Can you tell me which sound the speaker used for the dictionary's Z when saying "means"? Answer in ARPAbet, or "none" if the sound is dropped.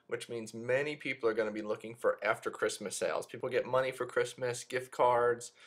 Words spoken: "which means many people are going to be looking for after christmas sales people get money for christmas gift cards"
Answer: Z